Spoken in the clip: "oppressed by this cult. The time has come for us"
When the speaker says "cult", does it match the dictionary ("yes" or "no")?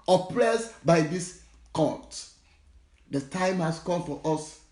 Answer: no